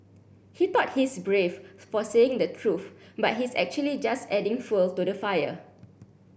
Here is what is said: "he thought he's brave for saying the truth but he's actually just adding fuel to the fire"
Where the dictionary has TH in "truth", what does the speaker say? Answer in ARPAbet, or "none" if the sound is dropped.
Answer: F